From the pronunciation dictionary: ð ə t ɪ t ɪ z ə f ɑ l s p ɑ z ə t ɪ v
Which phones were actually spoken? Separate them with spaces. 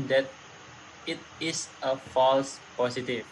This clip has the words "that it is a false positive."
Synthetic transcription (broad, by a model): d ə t ɪ t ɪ s ə f ɑ l s p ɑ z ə t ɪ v